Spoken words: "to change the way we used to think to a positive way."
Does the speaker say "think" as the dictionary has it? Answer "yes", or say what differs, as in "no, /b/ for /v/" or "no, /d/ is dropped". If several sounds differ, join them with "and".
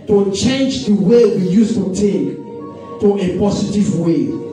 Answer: no, /t/ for /θ/ and /ŋ/ is dropped